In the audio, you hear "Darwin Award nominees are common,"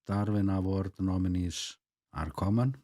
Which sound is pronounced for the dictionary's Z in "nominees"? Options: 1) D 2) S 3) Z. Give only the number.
2